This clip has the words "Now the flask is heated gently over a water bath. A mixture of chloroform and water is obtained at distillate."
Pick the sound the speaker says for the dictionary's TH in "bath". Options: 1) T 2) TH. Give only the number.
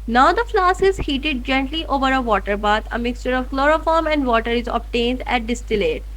1